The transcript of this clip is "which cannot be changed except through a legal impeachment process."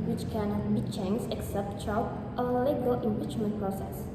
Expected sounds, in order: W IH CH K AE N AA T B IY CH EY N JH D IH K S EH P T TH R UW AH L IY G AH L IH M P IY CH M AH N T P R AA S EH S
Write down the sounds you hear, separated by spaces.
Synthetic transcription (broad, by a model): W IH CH K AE N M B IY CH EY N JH IH K S EH P T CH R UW AH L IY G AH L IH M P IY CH M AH N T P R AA S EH S